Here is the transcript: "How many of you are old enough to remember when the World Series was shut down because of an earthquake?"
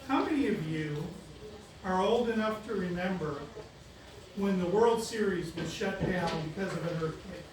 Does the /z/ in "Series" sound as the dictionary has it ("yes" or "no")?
yes